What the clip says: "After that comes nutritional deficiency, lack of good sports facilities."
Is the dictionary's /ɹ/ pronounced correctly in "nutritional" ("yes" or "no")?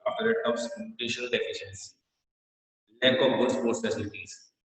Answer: no